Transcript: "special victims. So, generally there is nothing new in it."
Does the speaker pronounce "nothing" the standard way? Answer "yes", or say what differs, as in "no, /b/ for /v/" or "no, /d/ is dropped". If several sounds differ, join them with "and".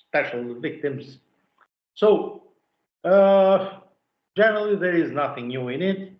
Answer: yes